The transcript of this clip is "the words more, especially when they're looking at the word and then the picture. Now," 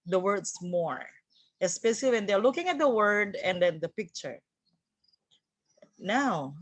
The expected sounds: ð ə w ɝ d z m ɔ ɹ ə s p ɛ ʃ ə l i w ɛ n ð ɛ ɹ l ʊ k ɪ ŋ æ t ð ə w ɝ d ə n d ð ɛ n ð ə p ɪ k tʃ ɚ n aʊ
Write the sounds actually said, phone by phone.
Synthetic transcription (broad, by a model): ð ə w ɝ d s m ɔ ɹ ə s p ɛ ʃ ə l i w ɛ n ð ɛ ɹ l ʊ k ɪ ŋ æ t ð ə w ɝ d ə n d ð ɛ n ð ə p ɪ k tʃ ɚ n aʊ